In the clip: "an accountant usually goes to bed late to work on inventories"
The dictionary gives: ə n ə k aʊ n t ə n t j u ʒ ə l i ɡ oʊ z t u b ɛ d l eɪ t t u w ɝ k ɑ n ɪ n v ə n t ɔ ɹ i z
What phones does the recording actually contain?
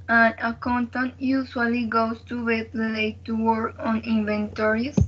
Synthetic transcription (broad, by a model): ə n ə k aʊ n t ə n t j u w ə l i ɡ oʊ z t u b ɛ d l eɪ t t u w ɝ ɑ n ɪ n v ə n t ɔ ɹ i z